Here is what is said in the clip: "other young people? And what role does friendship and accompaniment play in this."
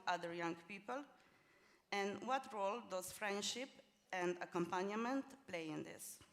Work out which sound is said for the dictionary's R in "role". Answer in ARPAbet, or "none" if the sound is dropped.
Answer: R